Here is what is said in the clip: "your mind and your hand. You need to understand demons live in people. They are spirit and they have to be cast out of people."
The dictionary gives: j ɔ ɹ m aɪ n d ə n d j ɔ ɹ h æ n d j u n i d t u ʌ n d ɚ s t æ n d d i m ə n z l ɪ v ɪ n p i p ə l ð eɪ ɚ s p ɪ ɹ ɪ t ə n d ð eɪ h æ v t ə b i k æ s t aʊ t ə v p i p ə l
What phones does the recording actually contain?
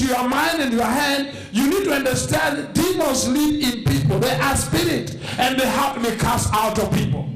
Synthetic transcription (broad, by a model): j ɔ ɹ m aɪ n d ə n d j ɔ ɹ h æ n d j u n i d t u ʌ n d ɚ s t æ n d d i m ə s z l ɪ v ɪ n p i p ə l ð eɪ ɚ s p ɪ ɹ ɪ t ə n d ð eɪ h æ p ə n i k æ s aʊ t ə v p i p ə l